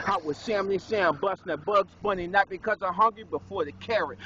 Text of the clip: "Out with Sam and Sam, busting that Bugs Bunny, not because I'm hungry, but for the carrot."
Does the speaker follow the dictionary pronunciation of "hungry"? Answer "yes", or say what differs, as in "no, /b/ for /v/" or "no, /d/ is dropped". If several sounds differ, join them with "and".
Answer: yes